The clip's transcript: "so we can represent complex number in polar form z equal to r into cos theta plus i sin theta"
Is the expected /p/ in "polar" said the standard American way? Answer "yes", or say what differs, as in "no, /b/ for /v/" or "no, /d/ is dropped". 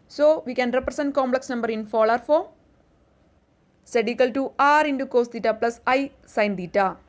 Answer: no, /f/ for /p/